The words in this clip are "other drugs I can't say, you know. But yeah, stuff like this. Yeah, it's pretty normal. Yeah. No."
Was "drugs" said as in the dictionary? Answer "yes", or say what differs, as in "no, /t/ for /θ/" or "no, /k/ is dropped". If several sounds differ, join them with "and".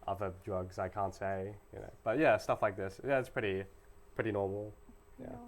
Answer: yes